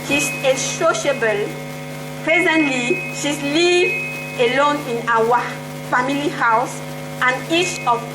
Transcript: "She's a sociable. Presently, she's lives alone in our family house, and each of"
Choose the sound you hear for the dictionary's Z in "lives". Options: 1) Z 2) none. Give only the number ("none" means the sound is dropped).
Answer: 2